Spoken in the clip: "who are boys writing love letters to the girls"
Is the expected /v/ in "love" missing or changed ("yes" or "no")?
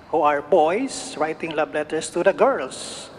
yes